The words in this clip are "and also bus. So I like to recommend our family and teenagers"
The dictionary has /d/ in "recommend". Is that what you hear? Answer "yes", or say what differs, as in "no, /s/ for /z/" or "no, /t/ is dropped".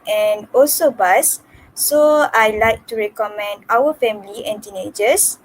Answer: yes